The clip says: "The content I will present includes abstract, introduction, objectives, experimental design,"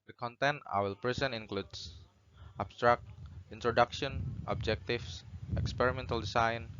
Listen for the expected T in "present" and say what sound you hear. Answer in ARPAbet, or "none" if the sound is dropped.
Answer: none